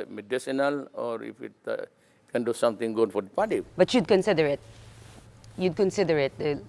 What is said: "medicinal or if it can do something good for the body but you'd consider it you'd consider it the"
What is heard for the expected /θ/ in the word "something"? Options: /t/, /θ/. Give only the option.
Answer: /t/